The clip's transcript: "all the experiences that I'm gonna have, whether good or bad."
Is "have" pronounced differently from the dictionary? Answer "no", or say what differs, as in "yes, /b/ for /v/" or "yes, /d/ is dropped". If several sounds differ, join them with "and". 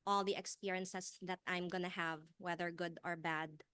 no